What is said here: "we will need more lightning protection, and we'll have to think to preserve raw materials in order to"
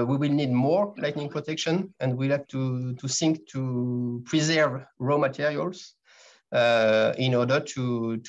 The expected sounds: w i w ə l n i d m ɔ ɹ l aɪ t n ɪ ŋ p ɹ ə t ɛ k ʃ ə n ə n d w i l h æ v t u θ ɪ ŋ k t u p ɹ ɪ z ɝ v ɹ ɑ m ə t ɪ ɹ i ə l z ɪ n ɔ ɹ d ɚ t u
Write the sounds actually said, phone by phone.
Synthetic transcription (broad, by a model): w i w ə l n i d m ɔ ɹ l aɪ t n ɪ ŋ p ɹ ə t ɛ k ʃ ə n ə n d w i l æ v t u t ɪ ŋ k t u p ɹ ɪ z ɝ v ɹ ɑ m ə t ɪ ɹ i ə l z ɪ n ɔ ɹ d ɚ t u